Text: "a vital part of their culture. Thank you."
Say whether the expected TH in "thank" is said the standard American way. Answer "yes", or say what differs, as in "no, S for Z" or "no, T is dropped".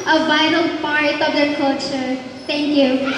no, T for TH